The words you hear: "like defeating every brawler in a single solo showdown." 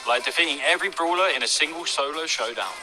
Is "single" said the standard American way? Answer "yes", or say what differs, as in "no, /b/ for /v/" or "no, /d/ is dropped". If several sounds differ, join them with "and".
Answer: yes